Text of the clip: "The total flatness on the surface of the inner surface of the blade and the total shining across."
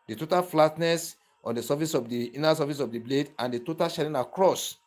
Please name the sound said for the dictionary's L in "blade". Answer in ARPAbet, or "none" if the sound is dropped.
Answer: L